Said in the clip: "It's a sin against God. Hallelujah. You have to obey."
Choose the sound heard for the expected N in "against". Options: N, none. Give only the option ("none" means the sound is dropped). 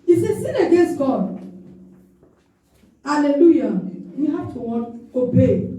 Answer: N